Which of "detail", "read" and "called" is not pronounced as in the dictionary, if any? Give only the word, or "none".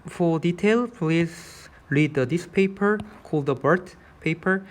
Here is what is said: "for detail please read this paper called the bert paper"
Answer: none